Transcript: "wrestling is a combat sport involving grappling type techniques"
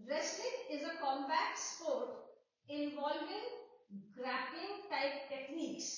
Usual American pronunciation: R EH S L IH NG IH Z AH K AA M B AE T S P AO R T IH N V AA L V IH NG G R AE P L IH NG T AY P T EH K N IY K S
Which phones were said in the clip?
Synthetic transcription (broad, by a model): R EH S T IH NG IH Z AH K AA M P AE T S P AO R T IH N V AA L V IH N G R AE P IH NG T AY P T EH K N IY K S